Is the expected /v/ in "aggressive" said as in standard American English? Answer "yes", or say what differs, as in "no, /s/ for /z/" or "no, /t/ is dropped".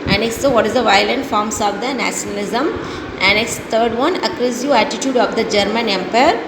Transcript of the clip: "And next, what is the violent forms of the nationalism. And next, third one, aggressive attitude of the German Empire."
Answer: no, /v/ is dropped